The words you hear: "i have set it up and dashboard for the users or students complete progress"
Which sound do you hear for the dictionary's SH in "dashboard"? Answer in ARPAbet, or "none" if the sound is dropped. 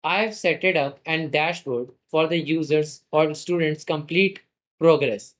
SH